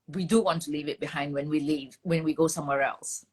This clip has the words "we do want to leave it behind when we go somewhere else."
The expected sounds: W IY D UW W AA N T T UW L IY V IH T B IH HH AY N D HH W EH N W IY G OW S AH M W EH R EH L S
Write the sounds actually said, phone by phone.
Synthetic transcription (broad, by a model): W IY D UW W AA N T T UW L IY V IH T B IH HH AY N D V W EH N W IY G OW S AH M W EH R EH L S